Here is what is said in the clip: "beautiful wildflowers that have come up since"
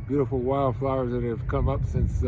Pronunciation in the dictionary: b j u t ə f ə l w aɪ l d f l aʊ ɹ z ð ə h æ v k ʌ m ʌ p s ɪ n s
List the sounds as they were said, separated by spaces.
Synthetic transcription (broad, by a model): b j u t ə f l w aɪ l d f l aʊ ɹ z ð ə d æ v k ʌ m ʌ p s ɪ n s